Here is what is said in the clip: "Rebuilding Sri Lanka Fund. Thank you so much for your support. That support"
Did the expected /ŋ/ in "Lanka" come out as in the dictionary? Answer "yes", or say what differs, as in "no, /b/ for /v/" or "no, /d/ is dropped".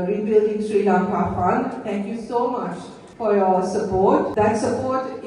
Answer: no, /ŋ/ is dropped